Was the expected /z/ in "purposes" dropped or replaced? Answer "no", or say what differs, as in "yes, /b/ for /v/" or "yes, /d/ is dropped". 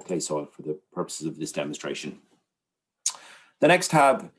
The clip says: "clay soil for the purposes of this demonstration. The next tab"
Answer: no